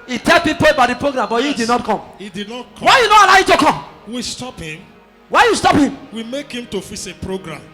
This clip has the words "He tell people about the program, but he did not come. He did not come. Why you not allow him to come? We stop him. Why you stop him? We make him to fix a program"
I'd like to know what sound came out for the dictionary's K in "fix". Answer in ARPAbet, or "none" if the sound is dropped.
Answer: none